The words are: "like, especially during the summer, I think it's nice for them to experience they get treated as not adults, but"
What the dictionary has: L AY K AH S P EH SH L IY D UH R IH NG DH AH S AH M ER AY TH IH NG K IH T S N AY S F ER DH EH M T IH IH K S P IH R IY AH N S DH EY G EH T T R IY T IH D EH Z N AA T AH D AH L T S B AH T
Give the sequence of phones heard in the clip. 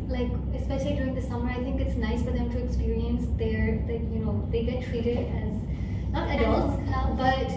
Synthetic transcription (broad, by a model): L AY K AH S P EH SH L IY D UH R IH NG DH AH S AH M ER AY TH IH NG K IH T S N AY S F ER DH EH M T IH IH K S P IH R IY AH N S DH EY G EH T T R IY T IH D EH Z N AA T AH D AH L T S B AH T